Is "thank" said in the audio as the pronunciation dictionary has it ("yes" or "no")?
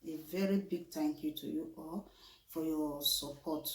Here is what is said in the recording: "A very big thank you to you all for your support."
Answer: no